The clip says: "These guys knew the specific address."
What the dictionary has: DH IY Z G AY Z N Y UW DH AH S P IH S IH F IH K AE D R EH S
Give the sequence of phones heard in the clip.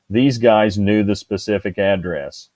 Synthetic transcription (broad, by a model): DH IY Z G AY Z N Y UW DH AH S P IH S IH F IH K AE D R EH S